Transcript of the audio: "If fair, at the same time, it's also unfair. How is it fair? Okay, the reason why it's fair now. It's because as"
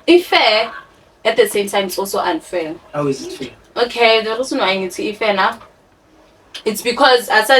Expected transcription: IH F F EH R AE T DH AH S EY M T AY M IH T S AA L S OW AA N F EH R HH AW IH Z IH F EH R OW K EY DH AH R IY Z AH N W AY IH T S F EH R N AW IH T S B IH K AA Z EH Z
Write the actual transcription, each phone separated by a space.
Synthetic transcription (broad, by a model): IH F F EH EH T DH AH S EY M T AY M IH T S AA L S OW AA N F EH L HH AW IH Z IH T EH OW K EY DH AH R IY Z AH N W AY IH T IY F EH N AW IH T S B IH K AA Z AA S